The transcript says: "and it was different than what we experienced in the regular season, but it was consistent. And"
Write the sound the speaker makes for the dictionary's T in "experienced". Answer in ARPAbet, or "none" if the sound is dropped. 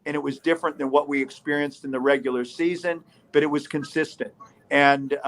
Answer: T